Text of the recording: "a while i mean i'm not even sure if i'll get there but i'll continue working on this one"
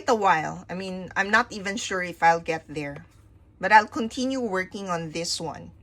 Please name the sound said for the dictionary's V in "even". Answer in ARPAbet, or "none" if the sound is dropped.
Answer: V